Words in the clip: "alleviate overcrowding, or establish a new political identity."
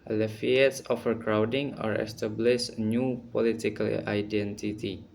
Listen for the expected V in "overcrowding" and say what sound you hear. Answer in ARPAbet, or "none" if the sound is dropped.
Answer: F